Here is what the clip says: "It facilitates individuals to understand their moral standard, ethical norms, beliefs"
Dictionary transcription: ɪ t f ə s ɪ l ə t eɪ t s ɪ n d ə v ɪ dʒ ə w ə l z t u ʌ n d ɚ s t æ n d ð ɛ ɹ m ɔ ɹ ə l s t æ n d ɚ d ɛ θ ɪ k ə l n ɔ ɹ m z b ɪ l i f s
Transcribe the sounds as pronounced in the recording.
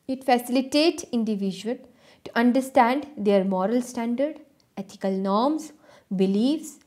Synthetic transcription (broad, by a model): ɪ t f ə s ɪ l ə t eɪ t s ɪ n d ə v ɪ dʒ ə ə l t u ʌ n d ɚ s t æ n d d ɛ ɹ m ɔ ɹ ə l s t æ n d ɚ d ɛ t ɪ k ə l n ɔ ɹ m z b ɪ l i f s